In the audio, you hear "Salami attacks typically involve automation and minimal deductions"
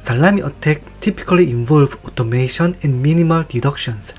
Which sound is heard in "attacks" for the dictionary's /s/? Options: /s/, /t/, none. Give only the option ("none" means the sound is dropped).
none